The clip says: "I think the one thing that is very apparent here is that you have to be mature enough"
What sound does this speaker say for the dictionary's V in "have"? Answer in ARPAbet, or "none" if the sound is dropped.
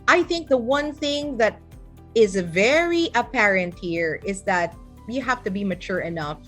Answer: F